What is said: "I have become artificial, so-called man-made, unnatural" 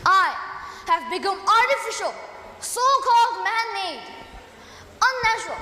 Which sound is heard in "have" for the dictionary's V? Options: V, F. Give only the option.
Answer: V